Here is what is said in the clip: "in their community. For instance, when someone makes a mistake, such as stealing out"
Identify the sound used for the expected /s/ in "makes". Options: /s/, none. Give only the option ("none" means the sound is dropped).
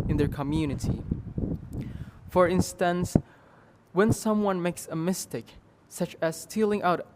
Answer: /s/